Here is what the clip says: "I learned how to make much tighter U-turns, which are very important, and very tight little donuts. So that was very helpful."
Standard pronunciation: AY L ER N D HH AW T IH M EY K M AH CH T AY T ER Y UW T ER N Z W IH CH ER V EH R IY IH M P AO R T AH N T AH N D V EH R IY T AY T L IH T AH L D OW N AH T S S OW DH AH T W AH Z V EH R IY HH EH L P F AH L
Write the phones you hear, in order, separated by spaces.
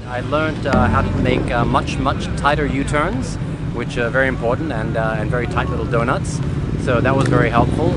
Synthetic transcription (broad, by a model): AY L ER N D HH AW T IH M EY K M AH CH T AY T ER Y UW T ER N Z W IH CH ER V EH R IY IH M P AO R T N T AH N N V EH R IY T AY T L IH T L D OW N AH T S S OW DH AH T W AH Z V EH R IY HH EH L P F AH L